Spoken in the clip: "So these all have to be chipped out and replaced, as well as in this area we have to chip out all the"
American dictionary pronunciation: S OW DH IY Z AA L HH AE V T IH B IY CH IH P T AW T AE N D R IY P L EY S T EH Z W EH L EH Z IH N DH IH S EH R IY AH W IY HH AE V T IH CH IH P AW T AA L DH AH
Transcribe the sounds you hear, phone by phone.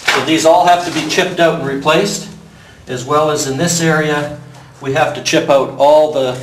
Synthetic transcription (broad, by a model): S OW DH IY Z AA L HH AE F T IH B IY CH IH P T AW T R IY P L EY S T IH Z W EH L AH Z IH N DH IH S EH R IY AH W IY HH AE F T IH CH IH P AW T AA L DH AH